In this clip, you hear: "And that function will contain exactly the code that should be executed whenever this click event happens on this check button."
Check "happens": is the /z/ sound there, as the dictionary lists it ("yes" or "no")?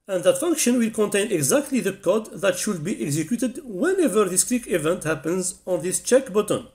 yes